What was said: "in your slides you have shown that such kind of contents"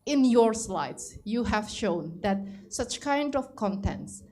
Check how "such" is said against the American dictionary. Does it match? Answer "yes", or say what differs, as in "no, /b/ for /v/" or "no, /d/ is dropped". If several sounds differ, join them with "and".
yes